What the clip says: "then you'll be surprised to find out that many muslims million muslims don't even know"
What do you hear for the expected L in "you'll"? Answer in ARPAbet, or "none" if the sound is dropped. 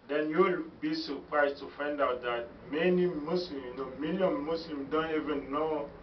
L